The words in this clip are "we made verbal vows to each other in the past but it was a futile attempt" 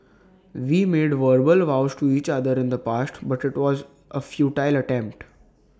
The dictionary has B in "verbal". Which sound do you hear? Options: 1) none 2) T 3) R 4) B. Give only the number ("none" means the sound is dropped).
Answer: 4